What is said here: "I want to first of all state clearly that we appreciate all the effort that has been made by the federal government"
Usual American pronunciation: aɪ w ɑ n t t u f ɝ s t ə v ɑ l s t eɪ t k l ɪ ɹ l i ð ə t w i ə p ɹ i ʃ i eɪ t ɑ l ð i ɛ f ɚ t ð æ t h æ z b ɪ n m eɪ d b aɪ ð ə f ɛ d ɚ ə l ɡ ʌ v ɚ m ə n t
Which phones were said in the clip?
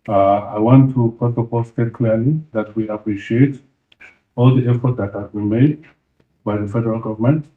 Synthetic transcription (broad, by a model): aɪ w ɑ n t t u p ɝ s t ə p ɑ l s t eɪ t k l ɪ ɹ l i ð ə t w i ə p ɹ i ʃ i eɪ t ɑ l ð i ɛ f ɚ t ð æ t h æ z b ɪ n m eɪ d b aɪ ð ə f ɛ d ɚ ə l ɡ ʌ v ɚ m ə n t